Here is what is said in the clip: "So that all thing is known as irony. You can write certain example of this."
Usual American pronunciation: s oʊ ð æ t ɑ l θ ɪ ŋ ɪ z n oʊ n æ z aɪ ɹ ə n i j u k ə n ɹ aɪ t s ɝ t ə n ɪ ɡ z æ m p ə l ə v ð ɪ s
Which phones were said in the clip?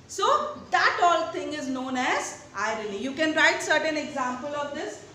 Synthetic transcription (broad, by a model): s oʊ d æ t ɑ l t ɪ ŋ ɪ z n oʊ n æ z aɪ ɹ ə l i j u k ə n ɹ aɪ t s ɝ t ə n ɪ ɡ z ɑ m p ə l ə v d ɪ s